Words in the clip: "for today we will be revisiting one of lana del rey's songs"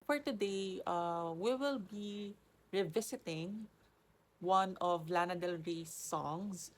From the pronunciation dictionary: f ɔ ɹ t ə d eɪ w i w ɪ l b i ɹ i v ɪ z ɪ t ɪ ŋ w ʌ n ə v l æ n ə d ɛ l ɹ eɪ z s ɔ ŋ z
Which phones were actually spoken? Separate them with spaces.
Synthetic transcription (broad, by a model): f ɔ ɹ t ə d eɪ w i w ɪ l b i ɹ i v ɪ s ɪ t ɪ ŋ w ʌ n ə v l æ n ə d ɛ l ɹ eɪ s ɔ ŋ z